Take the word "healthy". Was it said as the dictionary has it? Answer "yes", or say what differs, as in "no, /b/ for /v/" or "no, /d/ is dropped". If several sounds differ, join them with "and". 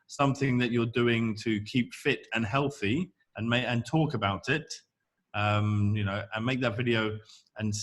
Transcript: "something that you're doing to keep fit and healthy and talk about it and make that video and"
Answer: yes